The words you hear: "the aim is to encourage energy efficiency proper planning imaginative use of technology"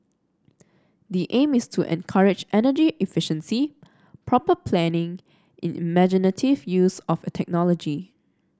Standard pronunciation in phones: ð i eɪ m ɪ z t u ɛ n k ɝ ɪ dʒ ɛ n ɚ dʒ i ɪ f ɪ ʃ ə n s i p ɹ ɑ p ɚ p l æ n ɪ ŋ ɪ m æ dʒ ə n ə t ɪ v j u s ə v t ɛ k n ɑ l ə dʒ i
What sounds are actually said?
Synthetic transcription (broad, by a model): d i eɪ m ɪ s t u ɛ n k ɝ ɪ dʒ ɛ n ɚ dʒ i ɪ f ɪ ʃ ə n s i p ɹ ɑ p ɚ p l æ n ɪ ŋ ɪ m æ dʒ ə n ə t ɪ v j u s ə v t ɛ k n ɑ l ə dʒ i